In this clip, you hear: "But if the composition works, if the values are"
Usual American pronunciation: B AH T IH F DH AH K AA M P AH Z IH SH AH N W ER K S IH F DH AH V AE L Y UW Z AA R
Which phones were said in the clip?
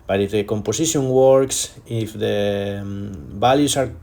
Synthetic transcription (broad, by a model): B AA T IH F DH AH K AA M P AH S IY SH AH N W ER K S IH F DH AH B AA L Y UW S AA R